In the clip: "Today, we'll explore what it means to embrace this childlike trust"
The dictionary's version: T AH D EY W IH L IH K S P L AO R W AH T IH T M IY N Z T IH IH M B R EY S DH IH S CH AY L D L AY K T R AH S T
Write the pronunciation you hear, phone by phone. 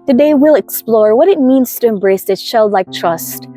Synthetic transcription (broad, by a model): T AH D EY W IH L IH K S P L AO R W AH T IH T M IY N Z T IH IH M B R EY S DH IH S SH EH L D L AY K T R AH S T